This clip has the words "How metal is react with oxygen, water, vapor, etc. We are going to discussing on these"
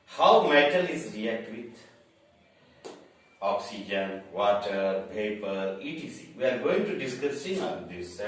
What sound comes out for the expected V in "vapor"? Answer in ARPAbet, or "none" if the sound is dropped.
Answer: P